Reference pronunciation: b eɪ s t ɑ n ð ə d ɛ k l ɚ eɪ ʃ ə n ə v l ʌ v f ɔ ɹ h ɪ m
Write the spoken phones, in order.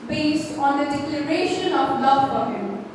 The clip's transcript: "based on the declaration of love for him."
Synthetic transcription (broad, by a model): b eɪ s t ɑ n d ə d ɛ k l ɚ eɪ ʃ ə n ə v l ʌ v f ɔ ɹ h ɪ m